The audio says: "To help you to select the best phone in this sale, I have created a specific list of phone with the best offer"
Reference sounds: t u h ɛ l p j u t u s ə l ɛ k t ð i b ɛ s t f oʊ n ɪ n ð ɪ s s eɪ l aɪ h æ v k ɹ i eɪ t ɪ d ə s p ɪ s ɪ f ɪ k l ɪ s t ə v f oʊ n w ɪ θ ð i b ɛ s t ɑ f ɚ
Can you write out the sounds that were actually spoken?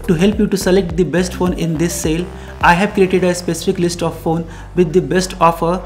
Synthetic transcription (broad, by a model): t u h ɛ l p j u t u s ə l ɛ k t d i b ɛ s t f oʊ n ɪ n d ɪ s s eɪ l aɪ h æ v k ɹ i eɪ t ɪ d ə s p ɪ s ɪ f ɪ k l ɪ s t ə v f oʊ n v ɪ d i b ɛ s t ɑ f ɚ